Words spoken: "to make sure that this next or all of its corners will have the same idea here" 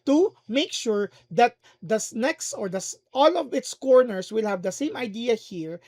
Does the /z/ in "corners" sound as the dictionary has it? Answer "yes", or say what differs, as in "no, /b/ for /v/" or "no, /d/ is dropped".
no, /s/ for /z/